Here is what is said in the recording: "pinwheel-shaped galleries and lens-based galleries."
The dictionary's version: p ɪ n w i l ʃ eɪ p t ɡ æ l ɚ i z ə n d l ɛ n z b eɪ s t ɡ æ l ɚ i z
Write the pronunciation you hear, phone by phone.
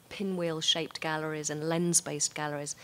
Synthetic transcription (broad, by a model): p ɪ n w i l ʃ eɪ p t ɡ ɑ l ɚ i z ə n l ɛ n z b eɪ s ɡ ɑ l ɚ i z